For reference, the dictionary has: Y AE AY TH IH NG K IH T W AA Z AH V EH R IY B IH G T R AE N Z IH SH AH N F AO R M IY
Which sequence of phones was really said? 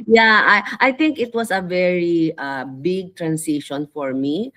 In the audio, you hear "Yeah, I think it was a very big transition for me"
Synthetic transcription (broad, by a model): Y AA AY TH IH NG K IH T W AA S AH V EH R IY B IH G T R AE N S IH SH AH N F AO R M IY